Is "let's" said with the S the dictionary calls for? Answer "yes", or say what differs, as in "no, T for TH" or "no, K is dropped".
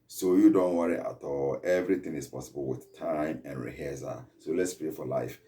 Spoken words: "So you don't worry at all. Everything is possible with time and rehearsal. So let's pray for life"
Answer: yes